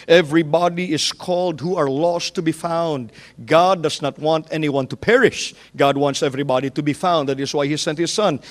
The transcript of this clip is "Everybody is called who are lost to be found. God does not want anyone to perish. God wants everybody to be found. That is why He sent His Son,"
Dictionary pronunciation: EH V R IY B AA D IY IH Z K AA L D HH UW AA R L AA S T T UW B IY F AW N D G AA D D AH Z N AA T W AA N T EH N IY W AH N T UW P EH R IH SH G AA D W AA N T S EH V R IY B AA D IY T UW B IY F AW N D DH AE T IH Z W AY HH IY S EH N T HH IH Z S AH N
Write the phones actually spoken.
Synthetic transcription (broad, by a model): EH V R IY B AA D IY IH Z K AA L D HH UW AA R L AA S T T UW B IY F AW N D G AA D D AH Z N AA T W AA N T EH N IY W AH N T UW P EH R IH SH G AA D W AA N T S EH V R IY B AA D IY T UW B IY F AW N D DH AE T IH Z W AY HH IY S EH N T HH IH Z S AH N